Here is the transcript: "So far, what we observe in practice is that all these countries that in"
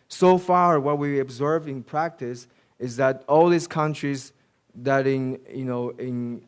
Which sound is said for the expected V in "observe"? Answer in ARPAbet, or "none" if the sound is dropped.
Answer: V